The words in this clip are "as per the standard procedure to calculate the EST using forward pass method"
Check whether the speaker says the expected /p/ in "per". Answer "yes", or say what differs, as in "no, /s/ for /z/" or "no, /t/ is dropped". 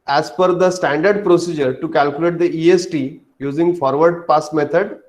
no, /f/ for /p/